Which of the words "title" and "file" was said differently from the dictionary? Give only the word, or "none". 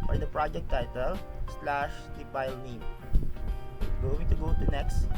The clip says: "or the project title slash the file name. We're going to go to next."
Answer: file